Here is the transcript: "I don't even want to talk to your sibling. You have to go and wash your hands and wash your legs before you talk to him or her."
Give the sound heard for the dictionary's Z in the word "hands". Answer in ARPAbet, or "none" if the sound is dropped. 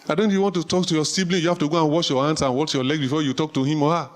S